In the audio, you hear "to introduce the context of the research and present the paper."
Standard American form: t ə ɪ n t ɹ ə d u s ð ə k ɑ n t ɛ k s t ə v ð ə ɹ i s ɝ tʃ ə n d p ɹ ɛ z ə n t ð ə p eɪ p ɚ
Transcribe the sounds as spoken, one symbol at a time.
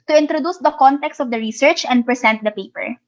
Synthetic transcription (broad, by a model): t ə ɪ n t ɹ ə d u s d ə k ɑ n t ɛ k s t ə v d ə ɹ i s ɝ tʃ ə n d p ɹ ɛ s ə n t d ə p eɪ p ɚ